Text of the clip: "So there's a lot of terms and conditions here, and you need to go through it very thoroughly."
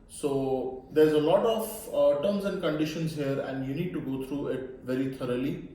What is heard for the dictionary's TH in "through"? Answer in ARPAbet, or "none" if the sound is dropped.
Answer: T